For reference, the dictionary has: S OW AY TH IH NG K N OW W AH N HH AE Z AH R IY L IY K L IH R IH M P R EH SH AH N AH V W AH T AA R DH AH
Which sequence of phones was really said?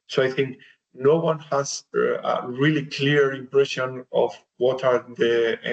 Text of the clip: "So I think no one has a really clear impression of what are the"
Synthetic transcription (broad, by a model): S OW AY TH IH NG K N OW W AH N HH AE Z AH R IY L IY K L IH R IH M P R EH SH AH N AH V W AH T AA R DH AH